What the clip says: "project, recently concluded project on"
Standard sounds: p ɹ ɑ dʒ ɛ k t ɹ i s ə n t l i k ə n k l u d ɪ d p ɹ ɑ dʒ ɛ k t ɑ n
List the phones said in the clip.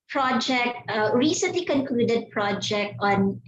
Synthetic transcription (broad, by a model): p ɹ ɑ dʒ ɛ k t ɹ i s ə n t l i k ə n k l u d ɪ d p ɹ ɑ dʒ ɛ k t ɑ n